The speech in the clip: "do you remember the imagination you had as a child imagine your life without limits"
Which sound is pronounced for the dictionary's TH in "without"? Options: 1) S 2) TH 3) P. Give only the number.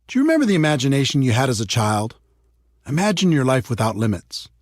2